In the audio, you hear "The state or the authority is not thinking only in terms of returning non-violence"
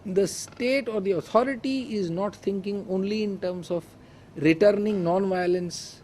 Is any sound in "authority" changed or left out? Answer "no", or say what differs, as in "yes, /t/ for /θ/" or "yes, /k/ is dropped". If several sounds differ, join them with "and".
yes, /t/ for /θ/